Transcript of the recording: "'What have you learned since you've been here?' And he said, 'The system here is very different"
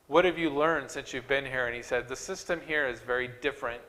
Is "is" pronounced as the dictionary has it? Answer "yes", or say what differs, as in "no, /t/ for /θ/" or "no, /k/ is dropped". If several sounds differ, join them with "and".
yes